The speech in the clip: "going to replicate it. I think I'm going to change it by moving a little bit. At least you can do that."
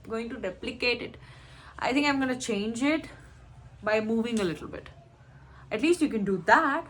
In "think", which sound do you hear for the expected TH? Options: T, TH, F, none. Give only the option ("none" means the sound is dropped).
T